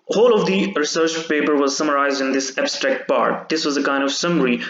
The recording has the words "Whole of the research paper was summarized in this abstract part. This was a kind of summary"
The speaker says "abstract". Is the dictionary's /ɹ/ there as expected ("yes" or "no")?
yes